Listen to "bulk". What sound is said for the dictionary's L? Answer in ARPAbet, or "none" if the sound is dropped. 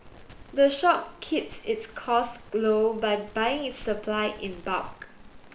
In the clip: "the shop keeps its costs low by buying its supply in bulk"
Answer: none